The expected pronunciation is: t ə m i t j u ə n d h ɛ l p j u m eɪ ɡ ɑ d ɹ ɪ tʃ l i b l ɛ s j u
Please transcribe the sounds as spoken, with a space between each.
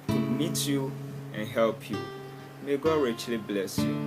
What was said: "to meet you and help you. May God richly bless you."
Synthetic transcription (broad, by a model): m i t j u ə n h ɛ l p j u m eɪ ɡ ɑ d ɹ ɪ tʃ l i b l ɛ s j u